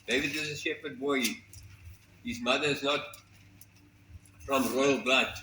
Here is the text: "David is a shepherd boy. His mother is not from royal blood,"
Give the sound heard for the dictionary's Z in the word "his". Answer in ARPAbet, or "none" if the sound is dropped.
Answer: Z